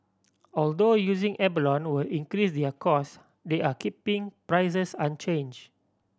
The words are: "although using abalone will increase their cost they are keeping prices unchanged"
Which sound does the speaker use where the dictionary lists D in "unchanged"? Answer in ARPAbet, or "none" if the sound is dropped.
none